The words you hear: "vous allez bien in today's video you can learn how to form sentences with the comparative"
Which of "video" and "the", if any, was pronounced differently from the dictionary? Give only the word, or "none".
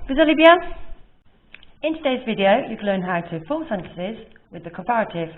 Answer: none